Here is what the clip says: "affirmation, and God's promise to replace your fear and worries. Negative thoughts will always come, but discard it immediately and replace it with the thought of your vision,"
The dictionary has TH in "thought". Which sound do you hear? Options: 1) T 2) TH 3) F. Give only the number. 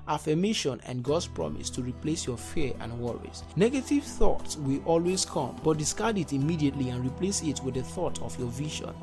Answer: 2